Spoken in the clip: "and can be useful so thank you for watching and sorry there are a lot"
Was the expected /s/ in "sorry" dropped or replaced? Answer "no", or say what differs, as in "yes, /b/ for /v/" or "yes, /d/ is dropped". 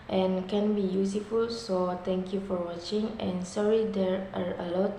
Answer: no